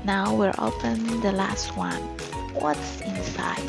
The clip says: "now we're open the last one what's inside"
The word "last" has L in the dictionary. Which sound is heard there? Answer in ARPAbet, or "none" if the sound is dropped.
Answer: L